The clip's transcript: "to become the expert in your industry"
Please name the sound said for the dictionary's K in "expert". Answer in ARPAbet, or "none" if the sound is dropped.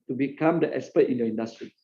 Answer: none